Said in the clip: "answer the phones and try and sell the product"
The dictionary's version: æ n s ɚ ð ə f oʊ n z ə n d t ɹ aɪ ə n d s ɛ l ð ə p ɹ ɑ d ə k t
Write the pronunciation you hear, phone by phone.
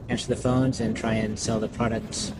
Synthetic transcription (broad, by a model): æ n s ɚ ð ə f oʊ n z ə n t ɹ aɪ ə n s ɛ l ð ə p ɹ ɑ d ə k t